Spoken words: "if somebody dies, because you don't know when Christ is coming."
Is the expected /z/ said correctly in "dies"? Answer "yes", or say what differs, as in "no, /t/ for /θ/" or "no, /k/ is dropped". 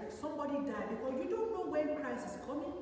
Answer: no, /z/ is dropped